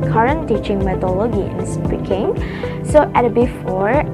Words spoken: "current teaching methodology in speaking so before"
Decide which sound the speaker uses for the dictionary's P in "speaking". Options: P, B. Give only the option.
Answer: B